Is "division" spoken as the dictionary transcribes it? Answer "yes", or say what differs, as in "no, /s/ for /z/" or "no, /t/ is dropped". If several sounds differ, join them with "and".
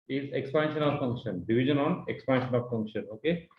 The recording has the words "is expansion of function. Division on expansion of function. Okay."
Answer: no, /b/ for /v/